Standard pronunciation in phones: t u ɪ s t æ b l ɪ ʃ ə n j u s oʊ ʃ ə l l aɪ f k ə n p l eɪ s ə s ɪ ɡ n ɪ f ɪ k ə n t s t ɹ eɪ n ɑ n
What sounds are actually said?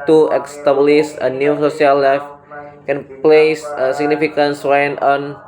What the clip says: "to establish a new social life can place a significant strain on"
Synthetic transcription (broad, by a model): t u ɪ s t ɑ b l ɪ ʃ ə n j u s oʊ s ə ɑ l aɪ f k ə n p l eɪ s ə s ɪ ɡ n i f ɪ k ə n s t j n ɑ n